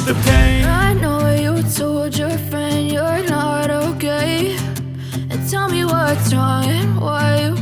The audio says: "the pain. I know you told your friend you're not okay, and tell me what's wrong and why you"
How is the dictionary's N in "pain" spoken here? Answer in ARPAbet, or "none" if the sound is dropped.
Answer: none